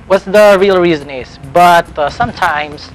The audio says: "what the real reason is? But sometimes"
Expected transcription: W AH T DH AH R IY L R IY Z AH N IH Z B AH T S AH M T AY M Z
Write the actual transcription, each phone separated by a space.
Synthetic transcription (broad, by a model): W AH T DH AH R IY L R IY Z AH N IH Z B AH T S AH M T AY M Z